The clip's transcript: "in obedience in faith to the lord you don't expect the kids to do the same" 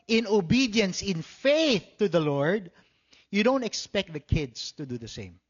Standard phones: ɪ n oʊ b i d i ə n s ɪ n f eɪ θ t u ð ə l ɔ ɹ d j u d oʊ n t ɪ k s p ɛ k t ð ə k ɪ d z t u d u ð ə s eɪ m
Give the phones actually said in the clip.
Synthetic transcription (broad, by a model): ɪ n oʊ b i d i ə n s ɪ n f eɪ θ t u ð ə l ɔ ɹ d j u d oʊ n t ɪ k s p ɛ k t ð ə k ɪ d s t u d u ð ə s eɪ m